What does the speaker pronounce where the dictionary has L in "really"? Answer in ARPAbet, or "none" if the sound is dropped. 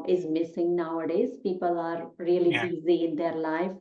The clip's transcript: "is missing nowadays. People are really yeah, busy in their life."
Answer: none